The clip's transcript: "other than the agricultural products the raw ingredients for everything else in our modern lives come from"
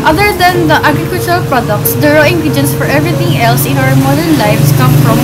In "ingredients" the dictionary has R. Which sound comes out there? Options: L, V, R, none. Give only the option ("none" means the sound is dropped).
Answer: none